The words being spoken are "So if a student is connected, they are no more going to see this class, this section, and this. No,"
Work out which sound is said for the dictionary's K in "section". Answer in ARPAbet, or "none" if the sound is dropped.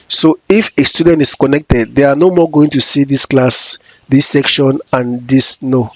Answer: K